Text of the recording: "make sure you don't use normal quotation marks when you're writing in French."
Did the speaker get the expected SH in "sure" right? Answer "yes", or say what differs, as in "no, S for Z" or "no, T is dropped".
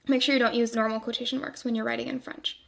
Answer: yes